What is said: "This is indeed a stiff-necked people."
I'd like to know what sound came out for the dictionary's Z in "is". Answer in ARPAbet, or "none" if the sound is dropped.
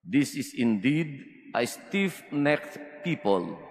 S